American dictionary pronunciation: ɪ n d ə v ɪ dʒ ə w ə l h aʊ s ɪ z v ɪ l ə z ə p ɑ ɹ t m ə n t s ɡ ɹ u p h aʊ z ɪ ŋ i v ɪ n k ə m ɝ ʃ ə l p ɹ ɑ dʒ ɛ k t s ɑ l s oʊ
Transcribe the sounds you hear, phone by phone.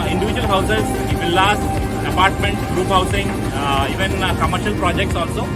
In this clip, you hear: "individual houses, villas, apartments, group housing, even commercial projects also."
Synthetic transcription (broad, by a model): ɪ n d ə v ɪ dʒ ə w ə l h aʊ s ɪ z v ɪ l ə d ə p ɑ ɹ t m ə n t ɡ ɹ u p h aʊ s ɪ ŋ i v ɪ n k ə m ɝ ʃ ə l p ɹ ɑ dʒ ɛ k t s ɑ l s oʊ